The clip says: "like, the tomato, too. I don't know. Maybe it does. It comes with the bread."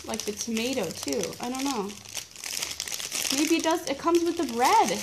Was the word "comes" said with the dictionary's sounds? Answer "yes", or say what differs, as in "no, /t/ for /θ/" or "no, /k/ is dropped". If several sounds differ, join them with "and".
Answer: yes